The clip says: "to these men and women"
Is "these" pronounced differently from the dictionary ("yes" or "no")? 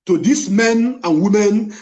yes